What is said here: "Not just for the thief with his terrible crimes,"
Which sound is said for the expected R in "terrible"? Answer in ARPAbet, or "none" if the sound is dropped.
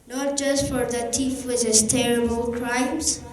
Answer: R